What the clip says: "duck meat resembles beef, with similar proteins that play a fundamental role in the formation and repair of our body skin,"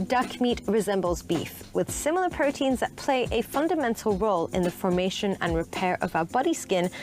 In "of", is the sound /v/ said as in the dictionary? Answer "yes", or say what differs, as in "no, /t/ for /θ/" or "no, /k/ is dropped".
yes